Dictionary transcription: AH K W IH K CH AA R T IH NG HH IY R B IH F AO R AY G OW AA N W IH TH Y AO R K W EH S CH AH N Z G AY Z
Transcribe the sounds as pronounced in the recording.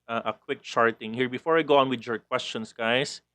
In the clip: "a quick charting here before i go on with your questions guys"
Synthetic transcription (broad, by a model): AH K W IH K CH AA R T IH NG HH IY R B IH F AO R AY G OW AA N W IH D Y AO R K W EH S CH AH N S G AY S